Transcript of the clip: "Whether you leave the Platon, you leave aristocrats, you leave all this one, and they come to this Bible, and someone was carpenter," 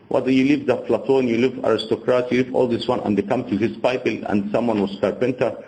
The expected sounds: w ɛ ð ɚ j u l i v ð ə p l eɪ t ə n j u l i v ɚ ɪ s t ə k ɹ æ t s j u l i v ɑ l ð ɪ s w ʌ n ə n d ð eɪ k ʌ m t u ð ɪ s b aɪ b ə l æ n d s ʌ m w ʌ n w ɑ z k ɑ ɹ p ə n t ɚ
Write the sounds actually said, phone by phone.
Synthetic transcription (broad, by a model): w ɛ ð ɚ j u l i v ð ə f l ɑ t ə n j u l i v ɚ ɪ s t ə k ɹ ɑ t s j u l i v ɑ l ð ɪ s w ʌ n ə n d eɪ k ʌ m t u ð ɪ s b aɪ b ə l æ n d s ʌ m w ʌ n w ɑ s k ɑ ɹ p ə n t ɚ